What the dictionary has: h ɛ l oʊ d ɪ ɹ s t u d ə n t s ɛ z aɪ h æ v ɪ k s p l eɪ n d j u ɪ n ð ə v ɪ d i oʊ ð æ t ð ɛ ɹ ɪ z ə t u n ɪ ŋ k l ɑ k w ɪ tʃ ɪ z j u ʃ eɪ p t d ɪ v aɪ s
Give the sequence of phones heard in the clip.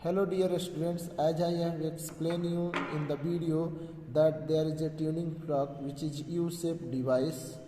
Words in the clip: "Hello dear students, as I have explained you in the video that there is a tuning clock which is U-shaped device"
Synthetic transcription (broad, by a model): h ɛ l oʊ d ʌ ɹ s t u d ə n t s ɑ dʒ aɪ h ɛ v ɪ k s p l eɪ n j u ɪ n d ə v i d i oʊ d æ t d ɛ ɹ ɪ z ə t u n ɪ ŋ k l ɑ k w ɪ tʃ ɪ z j u s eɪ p d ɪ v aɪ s